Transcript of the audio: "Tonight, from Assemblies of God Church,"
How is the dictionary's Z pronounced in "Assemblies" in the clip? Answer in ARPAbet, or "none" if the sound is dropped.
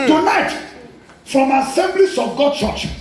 S